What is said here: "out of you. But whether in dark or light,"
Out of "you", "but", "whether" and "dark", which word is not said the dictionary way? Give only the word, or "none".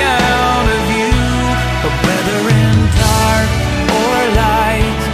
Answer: dark